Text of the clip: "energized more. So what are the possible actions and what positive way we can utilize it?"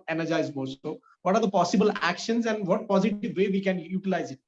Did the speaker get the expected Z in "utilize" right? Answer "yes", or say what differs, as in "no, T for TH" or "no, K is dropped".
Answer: yes